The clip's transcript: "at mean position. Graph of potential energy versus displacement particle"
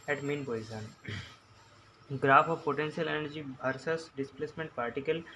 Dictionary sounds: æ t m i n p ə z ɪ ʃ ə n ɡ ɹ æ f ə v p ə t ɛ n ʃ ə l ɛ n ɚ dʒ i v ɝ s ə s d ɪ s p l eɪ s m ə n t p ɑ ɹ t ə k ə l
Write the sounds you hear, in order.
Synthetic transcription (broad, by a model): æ t m i n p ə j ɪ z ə n ɡ ɹ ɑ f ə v p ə t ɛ n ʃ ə l ɛ n ɚ dʒ i b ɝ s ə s d ɪ s p l eɪ s m ə n t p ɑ ɹ t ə k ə l